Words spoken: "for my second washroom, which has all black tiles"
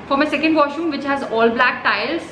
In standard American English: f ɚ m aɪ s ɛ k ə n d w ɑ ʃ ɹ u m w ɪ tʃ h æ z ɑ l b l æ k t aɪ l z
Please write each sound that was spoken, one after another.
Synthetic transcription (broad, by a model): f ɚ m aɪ s ɛ k ə n d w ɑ ʃ u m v ɪ tʃ h æ z ɑ l b l æ k t aɪ l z